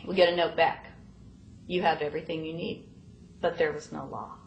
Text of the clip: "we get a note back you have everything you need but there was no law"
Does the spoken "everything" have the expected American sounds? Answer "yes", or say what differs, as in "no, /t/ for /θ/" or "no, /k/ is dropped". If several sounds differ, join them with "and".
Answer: yes